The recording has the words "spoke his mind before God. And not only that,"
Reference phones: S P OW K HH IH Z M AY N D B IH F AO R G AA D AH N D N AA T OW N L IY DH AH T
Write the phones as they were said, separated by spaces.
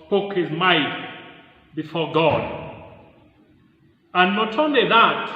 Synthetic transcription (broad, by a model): P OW K HH IH Z M AY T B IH F AO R G AA D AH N N AA T OW N L IY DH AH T